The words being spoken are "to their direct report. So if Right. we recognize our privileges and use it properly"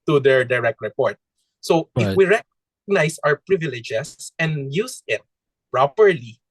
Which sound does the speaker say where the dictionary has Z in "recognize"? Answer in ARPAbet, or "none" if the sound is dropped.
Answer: S